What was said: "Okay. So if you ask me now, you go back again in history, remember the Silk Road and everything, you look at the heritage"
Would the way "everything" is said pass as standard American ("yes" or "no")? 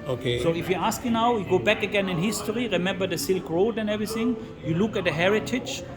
yes